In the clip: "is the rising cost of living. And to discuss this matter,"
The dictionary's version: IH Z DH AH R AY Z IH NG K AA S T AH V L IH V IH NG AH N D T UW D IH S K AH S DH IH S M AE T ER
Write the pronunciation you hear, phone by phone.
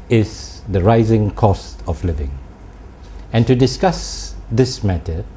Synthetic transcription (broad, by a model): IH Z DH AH R AY Z IH NG K AA S T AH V L IH V IH NG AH N T UW D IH S K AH S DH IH S M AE T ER